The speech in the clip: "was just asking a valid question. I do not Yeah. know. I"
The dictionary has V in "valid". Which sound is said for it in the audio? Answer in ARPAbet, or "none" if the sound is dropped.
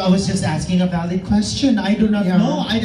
B